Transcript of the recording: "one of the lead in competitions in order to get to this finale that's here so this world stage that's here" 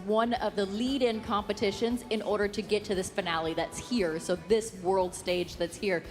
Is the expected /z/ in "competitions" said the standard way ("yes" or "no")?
yes